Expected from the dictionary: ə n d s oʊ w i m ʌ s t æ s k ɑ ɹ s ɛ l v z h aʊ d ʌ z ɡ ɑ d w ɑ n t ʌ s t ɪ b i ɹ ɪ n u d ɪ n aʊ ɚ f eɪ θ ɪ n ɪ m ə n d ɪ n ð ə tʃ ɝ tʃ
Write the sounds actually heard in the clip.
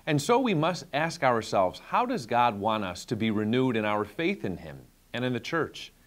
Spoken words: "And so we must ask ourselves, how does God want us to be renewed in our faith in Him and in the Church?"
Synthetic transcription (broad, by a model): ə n s oʊ w i m ʌ s t æ s k ɑ ɹ s ɛ l v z h aʊ d ʌ z ɡ ɑ d w ɑ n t ʌ s t ɪ b i ɹ ɪ n u d ɪ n aʊ ɚ f eɪ θ ɪ n ɪ m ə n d ɪ n ð ə tʃ ɝ tʃ